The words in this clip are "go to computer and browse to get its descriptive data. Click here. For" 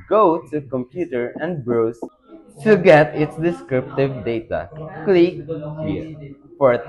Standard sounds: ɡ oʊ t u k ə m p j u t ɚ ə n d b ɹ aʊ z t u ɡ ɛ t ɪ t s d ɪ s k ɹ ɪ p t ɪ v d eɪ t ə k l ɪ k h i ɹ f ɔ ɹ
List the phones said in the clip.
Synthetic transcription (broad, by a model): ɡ oʊ t u k ə m p j u t ɚ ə n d b ɹ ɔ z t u ɡ ɛ t ɪ t s d ɪ s k ɹ ɪ p t ɪ v d eɪ t ə k l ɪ k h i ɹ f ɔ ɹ